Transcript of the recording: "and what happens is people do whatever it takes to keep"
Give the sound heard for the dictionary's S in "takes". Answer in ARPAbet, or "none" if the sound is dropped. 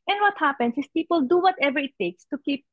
S